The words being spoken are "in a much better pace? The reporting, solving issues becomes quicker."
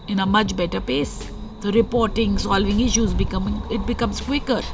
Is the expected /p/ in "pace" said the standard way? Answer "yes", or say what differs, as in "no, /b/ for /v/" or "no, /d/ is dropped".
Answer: yes